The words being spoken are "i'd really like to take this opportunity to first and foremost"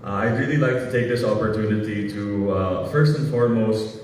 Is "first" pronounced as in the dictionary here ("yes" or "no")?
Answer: yes